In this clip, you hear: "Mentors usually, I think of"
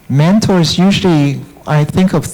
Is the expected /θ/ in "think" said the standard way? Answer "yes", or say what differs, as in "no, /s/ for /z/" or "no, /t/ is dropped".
yes